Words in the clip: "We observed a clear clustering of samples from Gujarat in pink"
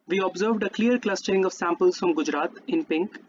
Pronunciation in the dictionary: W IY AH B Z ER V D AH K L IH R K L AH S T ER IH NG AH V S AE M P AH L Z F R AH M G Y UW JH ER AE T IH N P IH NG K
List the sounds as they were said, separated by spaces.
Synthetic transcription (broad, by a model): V IY AH B Z ER V D AH K L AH R K L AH S T ER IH NG AH V S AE M P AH L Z F R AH M G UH JH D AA T IH N P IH NG K